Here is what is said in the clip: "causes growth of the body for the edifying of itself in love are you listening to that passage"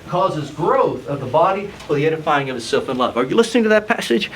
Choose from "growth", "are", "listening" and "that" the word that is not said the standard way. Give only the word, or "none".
none